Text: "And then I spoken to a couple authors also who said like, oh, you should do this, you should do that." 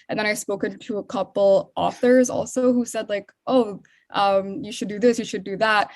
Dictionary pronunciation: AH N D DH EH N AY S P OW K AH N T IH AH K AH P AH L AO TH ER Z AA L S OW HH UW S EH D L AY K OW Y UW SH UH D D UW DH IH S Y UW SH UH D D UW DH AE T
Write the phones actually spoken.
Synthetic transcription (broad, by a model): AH N DH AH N AY S P OW K AH N T IH AH K AH P L AO TH ER Z AA L S OW HH UW S EH D L AY K OW Y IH SH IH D D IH DH IH S Y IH SH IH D D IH DH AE T